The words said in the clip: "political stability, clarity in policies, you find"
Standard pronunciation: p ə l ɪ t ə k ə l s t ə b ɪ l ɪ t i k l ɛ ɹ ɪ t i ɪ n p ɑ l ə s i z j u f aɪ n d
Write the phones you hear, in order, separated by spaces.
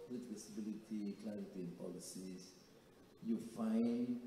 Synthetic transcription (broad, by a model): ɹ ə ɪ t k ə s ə b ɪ l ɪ t i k l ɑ ɪ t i ɪ n p ɑ l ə s i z j u f aɪ n